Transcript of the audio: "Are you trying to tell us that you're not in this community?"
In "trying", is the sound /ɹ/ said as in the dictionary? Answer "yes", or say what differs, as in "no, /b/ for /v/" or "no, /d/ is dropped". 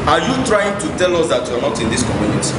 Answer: yes